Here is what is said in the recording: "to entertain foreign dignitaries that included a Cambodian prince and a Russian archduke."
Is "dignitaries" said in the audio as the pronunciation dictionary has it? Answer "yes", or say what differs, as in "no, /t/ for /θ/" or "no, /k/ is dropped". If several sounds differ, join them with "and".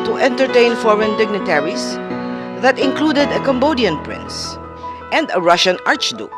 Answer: no, /s/ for /z/